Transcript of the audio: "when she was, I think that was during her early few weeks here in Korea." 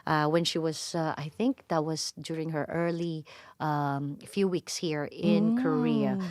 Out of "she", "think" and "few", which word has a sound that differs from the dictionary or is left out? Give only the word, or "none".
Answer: none